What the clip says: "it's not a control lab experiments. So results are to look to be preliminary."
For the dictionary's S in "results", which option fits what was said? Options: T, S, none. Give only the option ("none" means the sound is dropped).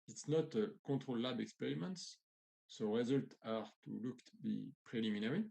none